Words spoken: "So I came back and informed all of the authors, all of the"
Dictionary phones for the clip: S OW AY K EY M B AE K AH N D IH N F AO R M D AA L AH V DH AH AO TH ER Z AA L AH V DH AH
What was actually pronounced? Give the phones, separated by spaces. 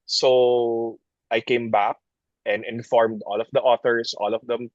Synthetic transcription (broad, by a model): S OW AY K EY M B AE K AH N D IH N F AO R M D AA L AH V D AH AO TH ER S AA L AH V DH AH